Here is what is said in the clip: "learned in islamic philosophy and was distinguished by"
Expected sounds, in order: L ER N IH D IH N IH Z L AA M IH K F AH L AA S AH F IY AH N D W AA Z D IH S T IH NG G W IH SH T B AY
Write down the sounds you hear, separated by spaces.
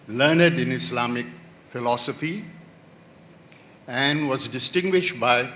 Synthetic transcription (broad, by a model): L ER N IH D IH N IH S L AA M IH K F AH L AA S AH F IY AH N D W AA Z D IH S T IH NG G W IH SH T B AY